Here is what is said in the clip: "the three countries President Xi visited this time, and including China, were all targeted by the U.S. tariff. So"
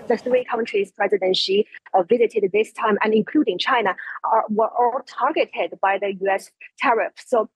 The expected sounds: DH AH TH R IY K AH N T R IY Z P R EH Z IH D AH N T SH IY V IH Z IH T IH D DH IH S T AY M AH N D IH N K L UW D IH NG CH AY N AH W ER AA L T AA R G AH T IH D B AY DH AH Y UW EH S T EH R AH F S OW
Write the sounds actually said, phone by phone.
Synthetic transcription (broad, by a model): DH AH TH R IY K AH N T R IY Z P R EH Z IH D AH N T SH IY V IH Z IH T IH D DH IH S T AY M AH N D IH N K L UW D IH NG CH AY N AH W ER AA L T AA R G AH T IH D B AY DH AH Y UW EH S T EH R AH F S OW